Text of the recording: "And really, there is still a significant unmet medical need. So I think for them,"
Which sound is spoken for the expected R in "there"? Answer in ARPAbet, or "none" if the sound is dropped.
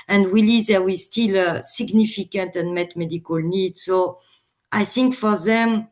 W